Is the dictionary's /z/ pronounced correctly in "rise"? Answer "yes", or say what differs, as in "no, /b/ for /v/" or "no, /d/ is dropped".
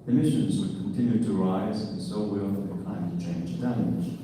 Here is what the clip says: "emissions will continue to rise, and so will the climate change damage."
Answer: yes